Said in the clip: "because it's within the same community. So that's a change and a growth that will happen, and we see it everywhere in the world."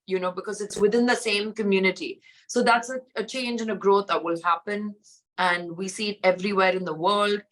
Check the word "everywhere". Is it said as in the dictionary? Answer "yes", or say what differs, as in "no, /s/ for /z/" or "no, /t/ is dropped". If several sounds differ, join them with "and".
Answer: yes